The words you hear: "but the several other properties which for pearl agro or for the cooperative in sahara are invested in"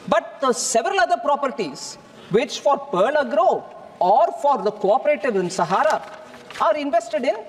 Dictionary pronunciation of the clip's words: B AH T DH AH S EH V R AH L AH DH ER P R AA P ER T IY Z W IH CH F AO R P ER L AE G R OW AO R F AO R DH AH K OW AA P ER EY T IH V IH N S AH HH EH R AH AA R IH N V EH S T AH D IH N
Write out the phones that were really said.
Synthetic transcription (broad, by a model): B AH T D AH S EH V R AH L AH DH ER P R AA P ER T IY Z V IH CH F AO R P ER L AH G R OW AO R F AO R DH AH K OW AA P ER EY T IH V IH N S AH HH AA R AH AA R IH N V EH S T AH D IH N